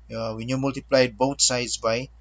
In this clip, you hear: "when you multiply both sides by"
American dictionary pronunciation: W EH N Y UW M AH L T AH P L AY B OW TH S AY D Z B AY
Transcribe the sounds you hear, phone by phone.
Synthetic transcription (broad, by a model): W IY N Y UW M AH L T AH P L AY B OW T S AY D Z B AY